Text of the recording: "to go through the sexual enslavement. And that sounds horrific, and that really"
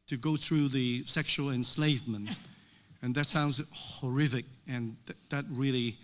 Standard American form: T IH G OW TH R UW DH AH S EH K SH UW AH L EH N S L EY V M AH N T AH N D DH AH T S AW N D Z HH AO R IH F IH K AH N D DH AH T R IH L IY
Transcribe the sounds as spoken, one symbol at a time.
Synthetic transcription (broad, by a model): T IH G OW TH R UW DH AH S EH K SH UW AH L EH N S L EY V M AH N T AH N DH AH T S AW N D Z HH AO R IH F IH K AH N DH DH AH T R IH L IY